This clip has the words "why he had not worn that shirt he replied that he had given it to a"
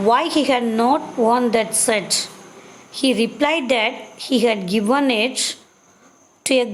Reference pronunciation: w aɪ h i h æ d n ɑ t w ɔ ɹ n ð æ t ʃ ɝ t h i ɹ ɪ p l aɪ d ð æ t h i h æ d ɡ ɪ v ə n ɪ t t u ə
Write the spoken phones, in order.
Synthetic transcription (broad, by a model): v aɪ h i h æ d n ɑ t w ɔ n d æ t s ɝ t h i ɹ ɪ p l aɪ d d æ t h i h æ d ɡ ɪ v ə n ɪ t t u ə